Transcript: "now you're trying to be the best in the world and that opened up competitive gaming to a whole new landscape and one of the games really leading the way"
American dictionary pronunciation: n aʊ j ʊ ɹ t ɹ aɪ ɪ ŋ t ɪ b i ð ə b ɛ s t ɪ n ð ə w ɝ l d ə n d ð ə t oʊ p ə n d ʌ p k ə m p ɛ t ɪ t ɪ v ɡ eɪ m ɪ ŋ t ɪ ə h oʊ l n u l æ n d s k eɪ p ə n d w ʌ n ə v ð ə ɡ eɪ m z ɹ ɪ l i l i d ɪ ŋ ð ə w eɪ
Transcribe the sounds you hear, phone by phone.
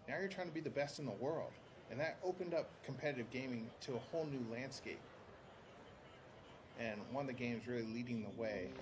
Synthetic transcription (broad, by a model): n aʊ j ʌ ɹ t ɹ aɪ ɪ ŋ t ɪ b i ð ə b ɛ s t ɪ n ð ə w ɝ l d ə n ð ə t oʊ p ə n d ʌ p k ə m p ɛ t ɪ t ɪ v ɡ eɪ m ɪ ŋ t ɪ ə h oʊ l n u l æ n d s k eɪ p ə n w ʌ n ə v ð ə ɡ eɪ m z ɹ ɪ l i l i d ɪ ŋ ð ə w eɪ